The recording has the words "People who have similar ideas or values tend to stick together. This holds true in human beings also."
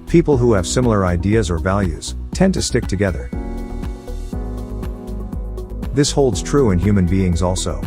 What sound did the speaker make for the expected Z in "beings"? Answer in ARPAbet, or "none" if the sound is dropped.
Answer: Z